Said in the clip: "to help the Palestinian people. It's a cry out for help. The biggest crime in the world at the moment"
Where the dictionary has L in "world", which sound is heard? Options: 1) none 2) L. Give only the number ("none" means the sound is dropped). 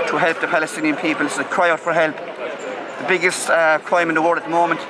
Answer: 1